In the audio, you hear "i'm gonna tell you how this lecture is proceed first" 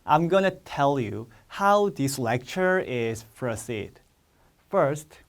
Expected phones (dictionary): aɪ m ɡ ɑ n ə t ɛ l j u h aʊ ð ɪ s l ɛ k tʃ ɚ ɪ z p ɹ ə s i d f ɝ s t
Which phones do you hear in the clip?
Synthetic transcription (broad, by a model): aɪ m ɡ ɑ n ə t ɛ l j u h aʊ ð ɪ s l ɛ k tʃ ɚ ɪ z f ɹ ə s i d f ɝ s t